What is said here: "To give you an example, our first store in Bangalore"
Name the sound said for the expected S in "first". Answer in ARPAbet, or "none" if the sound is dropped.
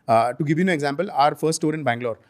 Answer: none